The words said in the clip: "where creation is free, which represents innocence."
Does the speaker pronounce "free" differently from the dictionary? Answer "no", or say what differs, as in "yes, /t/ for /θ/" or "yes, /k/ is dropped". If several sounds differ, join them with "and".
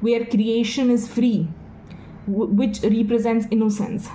no